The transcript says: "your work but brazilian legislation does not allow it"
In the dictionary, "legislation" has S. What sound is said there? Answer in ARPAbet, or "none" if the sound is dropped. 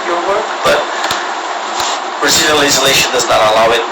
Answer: none